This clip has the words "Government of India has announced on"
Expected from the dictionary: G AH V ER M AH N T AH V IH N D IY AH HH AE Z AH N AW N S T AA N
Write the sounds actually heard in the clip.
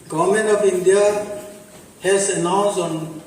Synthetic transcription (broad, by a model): G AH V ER M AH N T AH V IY N D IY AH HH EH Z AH N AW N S AA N